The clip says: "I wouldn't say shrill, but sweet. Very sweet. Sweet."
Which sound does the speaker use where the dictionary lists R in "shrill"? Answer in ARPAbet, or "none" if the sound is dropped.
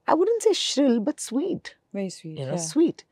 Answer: R